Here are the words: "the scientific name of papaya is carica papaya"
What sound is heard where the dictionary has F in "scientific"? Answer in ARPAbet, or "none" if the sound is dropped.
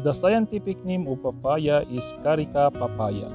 P